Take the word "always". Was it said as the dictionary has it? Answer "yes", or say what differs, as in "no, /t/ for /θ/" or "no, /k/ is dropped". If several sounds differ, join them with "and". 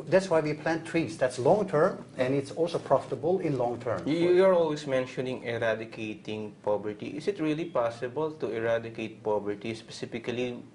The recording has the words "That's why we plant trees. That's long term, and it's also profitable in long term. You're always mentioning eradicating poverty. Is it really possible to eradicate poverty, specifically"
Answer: no, /s/ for /z/